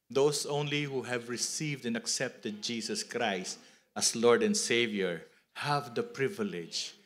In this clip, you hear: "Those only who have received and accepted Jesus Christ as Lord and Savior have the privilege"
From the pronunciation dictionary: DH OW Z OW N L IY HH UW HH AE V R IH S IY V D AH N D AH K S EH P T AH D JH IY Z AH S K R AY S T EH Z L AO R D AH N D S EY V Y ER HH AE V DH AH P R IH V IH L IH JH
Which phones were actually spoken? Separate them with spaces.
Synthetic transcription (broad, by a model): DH OW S OW N L IY HH UW HH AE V R IH S IY V D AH N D AH K S EH P T AH D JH IY S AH S K R AY S T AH S L AO R D AH N D S EY V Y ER HH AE V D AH P R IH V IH L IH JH